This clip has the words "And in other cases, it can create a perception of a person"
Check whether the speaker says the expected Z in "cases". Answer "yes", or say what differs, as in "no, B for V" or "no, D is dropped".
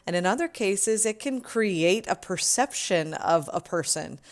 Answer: yes